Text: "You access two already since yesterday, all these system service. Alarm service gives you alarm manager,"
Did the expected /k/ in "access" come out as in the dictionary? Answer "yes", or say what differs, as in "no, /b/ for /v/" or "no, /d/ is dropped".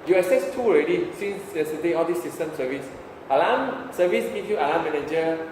no, /k/ is dropped